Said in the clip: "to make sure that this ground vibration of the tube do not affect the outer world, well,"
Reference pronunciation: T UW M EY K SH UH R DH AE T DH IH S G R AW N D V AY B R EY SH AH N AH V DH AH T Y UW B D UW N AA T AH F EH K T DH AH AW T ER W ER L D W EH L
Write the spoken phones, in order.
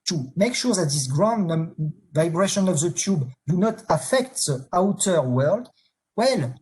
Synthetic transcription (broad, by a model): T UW M EY K SH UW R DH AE T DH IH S G R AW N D V AY B R EY SH AH N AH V DH AH T Y UW B D UW N AA T AH F EH K T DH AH AW T ER W ER L D W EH L